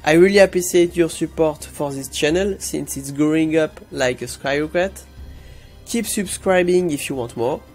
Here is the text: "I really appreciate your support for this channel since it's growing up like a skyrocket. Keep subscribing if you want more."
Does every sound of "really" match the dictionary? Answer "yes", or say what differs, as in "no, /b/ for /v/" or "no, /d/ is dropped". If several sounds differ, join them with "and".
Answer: yes